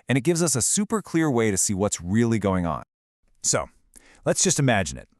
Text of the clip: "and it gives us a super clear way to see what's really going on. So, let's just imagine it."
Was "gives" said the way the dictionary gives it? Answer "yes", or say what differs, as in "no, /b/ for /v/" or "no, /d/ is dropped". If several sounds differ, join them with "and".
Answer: yes